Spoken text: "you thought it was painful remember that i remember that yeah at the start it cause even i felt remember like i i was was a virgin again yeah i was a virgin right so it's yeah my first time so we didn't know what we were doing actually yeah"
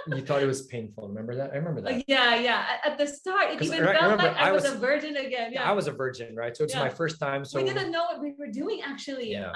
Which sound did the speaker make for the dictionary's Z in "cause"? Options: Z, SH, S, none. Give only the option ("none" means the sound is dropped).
none